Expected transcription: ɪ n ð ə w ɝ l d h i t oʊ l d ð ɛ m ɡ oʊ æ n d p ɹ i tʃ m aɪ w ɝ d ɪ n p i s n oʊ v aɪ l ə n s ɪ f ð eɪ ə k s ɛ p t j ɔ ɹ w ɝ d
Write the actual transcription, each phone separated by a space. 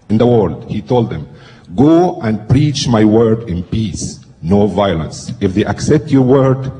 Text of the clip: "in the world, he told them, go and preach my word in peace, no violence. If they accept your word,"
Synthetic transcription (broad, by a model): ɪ n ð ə w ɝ l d h i t oʊ l d ð ɛ m ɡ oʊ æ n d p ɹ i tʃ m aɪ w ɝ d ɪ n p i s n oʊ v aɪ l ə n s ɪ f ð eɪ ə k s ɛ p t j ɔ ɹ w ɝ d